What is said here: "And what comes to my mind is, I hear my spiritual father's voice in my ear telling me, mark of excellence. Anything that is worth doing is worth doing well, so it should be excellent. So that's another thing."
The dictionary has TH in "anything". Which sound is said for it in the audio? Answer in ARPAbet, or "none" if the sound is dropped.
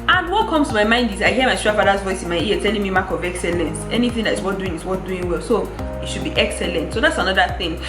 TH